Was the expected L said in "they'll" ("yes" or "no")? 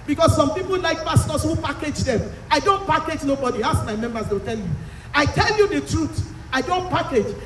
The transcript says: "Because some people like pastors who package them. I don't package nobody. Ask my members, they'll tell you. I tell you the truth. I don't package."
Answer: no